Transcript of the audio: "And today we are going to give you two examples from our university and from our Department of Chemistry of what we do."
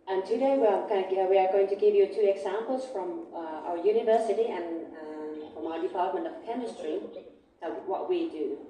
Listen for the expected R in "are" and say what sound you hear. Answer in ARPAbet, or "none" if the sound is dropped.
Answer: W